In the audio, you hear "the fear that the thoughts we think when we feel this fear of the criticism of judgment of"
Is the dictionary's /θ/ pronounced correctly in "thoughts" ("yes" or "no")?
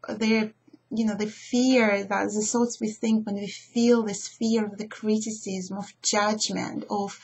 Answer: no